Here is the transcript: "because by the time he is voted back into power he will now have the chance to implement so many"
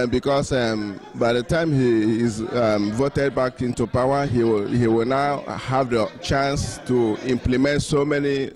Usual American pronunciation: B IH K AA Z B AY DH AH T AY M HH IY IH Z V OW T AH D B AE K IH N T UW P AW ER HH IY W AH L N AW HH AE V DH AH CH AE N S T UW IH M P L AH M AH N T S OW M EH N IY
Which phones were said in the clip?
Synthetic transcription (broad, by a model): B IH K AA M B AY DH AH T AY M HH IY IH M V OW T AH D B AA K IH N T UW P AW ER HH IY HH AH W N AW HH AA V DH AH CH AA N S T UW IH M P L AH M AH N T S OW M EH N IY